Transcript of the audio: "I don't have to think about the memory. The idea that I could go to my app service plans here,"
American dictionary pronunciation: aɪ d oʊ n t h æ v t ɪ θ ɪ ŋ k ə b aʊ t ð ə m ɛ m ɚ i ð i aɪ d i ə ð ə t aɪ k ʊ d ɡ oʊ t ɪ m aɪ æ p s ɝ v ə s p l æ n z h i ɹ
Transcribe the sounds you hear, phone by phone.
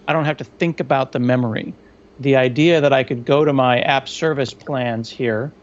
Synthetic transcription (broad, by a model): aɪ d oʊ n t h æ f t ɪ θ ɪ ŋ k ə b aʊ t ð ə m ɛ m ɚ i ð i aɪ d i ə ð ə t aɪ k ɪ d ɡ oʊ t ɪ m aɪ æ p s ɝ v ə s p l æ n z h i ɹ